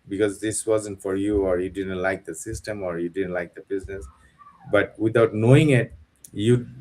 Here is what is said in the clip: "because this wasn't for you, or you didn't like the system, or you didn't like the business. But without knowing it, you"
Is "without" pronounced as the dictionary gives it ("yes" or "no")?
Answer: no